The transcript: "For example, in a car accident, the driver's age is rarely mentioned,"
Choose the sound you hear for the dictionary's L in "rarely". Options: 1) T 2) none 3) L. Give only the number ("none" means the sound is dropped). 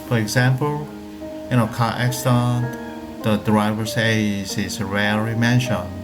2